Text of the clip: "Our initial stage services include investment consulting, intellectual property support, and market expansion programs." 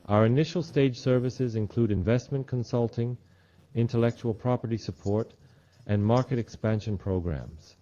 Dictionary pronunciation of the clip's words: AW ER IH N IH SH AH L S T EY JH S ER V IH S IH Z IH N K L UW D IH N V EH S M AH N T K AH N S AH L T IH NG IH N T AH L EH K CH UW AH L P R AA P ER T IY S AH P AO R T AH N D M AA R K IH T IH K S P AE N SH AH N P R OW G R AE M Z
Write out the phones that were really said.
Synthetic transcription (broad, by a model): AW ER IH N IH SH L S T EY JH S ER V IH S IH Z IH N K L UW D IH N V EH S M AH N K AH N S AH L T IH NG IH N T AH L EH K CH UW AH L P R AA P ER T IY S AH P AO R T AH N M AA R K IH T IH K S P AE N SH AH N P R OW G R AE M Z